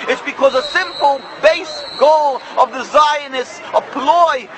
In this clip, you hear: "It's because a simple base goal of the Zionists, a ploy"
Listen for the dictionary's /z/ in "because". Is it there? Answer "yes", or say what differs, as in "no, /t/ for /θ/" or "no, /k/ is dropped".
yes